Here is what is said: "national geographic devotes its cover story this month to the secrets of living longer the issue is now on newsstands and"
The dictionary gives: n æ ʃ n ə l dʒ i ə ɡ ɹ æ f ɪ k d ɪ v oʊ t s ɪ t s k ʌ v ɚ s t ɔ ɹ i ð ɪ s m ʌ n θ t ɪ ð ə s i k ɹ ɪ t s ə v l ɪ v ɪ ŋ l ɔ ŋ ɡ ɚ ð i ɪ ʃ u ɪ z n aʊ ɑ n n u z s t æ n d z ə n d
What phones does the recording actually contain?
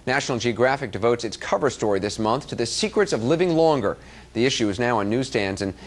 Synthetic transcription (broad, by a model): n æ ʃ n l dʒ i ə ɡ ɹ æ f ɪ k d ɪ v oʊ t s ɪ t s k ʌ v ɚ s t ɔ ɹ i ð ɪ s m ʌ n θ t ɪ ð ə s i k ɹ ɪ t s ə v l ɪ v ɪ ŋ l ɔ ŋ ɡ ɚ ð i ɪ ʃ u ɪ z n aʊ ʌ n n u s t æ n d z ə n